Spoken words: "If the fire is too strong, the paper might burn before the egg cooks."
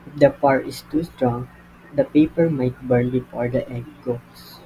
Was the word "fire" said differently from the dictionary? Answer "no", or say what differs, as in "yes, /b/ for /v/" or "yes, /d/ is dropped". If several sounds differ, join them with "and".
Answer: yes, /p/ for /f/